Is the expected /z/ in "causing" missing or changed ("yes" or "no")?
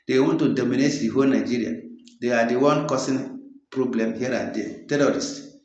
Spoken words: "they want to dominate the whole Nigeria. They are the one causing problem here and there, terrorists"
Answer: yes